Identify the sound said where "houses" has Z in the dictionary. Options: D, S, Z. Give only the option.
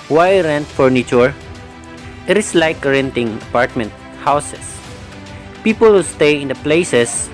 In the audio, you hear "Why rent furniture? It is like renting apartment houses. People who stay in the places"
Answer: S